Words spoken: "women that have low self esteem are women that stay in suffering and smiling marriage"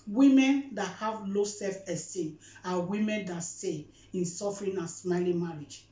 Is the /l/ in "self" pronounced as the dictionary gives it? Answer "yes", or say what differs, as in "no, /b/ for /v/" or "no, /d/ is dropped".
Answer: no, /l/ is dropped